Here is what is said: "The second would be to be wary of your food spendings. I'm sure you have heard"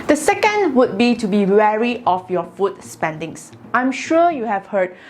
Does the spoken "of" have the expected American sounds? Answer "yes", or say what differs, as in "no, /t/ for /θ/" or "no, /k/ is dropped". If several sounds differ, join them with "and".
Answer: no, /f/ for /v/